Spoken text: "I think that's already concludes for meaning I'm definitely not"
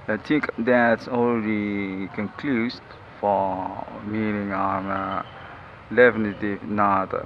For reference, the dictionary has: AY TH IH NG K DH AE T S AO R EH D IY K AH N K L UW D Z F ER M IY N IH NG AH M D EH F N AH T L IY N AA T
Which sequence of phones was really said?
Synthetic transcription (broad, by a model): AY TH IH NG K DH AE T S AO L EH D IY K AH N K L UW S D F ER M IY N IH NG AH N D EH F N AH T IY N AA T